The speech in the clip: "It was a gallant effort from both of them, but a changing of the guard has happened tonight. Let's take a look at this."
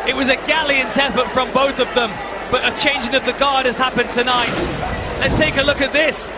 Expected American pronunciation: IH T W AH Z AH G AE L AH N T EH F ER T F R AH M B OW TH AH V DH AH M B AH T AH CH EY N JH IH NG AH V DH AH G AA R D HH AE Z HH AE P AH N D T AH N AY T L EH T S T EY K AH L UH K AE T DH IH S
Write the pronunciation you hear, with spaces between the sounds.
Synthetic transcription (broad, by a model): IH T W AH Z AH G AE L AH N T EH P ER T F R AH M B OW TH AH V DH AH M B AH T AH CH EY N JH IH NG AH V DH AH G AA R D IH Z HH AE P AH N T AH N AY T L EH T S T EY K AH L UH K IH T DH IH S